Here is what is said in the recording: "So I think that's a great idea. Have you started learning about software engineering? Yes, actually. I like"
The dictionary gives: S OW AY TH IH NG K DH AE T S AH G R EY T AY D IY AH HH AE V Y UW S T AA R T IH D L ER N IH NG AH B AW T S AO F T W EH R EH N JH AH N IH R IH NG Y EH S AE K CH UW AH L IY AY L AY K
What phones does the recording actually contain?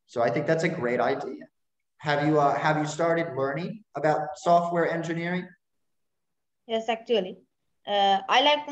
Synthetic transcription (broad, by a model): S OW AY TH IH NG K DH AE T S AH G R EY T AY D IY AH HH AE V Y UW S T AA R T IH D L ER N IH NG AH B AW T S AO F T W EH R EH N JH AH N IH R IH NG Y EH S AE K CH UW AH L IY AY L AY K